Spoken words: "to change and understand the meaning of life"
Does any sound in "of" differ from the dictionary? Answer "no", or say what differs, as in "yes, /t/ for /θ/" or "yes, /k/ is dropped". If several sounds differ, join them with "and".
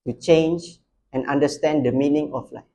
yes, /f/ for /v/